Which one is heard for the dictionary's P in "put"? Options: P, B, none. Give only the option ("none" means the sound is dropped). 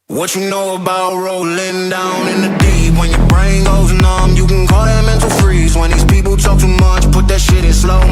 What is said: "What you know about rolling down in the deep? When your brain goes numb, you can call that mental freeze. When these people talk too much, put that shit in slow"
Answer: P